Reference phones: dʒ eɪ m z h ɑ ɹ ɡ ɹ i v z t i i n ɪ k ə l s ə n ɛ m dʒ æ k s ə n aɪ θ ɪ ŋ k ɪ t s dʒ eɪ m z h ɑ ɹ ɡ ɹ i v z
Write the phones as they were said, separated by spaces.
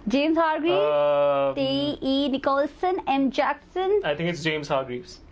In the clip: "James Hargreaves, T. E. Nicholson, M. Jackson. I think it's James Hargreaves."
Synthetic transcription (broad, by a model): dʒ eɪ m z h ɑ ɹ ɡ ɹ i t i i n ɪ k ə l s ə n ɛ m dʒ æ k s ə n aɪ t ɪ ŋ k ɪ t s dʒ eɪ m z h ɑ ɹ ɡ ɹ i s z